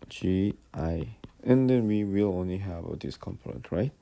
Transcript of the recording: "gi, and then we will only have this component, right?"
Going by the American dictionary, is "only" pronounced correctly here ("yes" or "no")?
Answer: yes